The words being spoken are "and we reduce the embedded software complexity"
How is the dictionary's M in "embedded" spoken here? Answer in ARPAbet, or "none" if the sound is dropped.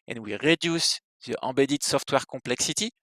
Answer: none